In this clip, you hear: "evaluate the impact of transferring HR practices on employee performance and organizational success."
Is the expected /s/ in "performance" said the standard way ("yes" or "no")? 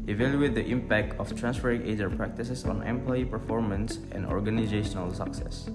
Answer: yes